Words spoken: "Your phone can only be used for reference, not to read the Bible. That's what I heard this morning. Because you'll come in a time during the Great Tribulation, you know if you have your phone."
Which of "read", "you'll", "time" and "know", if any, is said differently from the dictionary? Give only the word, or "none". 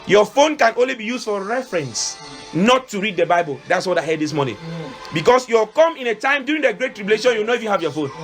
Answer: you'll